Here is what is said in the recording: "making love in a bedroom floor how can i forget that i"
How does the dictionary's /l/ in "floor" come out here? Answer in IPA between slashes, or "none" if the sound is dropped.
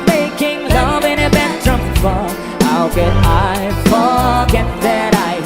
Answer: none